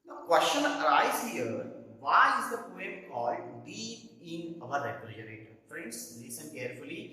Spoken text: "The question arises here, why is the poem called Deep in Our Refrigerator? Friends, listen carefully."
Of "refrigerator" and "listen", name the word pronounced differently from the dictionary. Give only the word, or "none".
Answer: refrigerator